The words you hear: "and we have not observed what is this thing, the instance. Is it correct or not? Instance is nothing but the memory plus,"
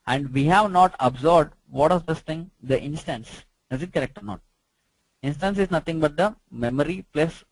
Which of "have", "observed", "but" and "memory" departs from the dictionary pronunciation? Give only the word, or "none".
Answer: observed